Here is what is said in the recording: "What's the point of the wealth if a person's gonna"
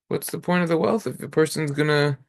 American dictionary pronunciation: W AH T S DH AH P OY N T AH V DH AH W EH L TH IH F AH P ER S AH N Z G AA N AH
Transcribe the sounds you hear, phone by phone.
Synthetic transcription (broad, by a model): W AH T S DH AH P OY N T AH V DH AH W EH L TH IH F AH P ER S AH N Z G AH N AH